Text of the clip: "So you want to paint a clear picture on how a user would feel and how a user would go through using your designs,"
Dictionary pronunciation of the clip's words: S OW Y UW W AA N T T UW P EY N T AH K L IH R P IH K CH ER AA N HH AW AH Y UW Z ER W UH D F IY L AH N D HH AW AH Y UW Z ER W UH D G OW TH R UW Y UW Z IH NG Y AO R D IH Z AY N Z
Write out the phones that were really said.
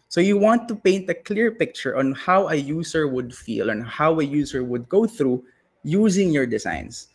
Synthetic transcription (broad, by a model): S OW Y UW W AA N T T UW P EY N T AH K L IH R P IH K CH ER AA N HH AW AH Y UW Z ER W UH D F IY L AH N HH AW AH Y UW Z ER W UH D G OW TH R UW Y UW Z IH NG Y AO R D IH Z AY N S